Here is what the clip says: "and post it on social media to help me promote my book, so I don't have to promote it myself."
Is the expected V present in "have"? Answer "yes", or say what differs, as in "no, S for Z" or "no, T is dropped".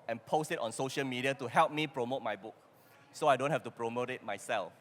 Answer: no, F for V